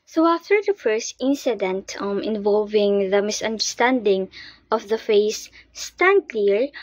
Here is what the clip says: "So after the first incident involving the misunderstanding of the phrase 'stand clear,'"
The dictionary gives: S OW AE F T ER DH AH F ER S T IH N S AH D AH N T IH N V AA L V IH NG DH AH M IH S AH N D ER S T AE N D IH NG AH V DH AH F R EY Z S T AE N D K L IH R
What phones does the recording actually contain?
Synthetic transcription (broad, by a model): S OW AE F T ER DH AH F ER S T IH N S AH D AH N T IH N V AA L V IH NG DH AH M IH S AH N D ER S T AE N D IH NG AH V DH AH F EY S T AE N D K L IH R